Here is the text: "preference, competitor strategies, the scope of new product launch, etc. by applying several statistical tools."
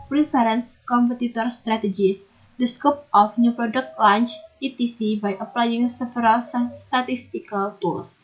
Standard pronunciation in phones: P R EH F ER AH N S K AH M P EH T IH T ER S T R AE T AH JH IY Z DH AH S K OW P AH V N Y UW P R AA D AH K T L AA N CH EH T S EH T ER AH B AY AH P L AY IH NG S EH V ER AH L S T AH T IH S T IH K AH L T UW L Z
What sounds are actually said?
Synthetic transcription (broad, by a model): P R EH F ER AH N S K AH M P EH T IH T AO S T R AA T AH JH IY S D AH S K OW P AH F N Y UW P R AA D AH K T L AA N CH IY T IY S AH B AY AH P L AY IH NG S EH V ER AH L S T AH T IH S T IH K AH L T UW L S